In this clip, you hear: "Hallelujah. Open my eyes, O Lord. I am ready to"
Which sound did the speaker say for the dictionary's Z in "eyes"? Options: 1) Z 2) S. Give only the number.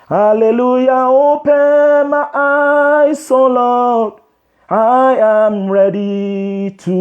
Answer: 2